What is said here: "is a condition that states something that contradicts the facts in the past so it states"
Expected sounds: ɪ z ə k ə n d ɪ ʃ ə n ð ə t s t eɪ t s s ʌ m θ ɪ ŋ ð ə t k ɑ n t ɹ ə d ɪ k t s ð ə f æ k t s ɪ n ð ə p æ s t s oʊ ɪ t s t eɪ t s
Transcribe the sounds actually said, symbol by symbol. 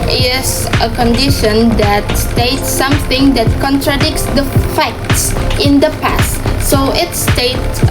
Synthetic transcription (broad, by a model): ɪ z ə k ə n d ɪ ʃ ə n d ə t s t eɪ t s s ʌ m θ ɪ ŋ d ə t k ɑ n t ɹ ə d ɪ k t s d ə f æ k t s ɪ n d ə p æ s t s oʊ ɪ t s t eɪ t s